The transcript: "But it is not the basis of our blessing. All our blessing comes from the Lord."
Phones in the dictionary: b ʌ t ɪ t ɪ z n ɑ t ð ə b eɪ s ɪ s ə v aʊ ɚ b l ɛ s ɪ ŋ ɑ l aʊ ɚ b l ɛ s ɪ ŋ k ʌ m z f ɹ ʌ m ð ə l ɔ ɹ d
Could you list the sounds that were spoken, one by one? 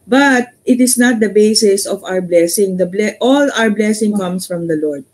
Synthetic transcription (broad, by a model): b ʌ t ɪ t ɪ s n ɑ t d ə b eɪ s ɪ s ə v aʊ ɚ b l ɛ s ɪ ŋ ɑ l aʊ ɚ b l ɛ s ɪ ŋ k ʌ m s f ɹ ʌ m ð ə l ɔ ɹ d